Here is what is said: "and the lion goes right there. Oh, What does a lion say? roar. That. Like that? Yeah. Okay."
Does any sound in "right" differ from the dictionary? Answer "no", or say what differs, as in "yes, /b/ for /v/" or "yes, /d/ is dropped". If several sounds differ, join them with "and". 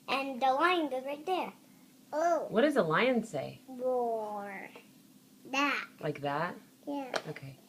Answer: yes, /l/ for /ɹ/